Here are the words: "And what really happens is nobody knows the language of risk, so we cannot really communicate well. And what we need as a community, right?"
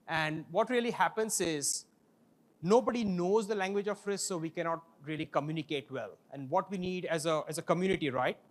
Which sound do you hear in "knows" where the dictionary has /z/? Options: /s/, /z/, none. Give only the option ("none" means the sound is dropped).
/z/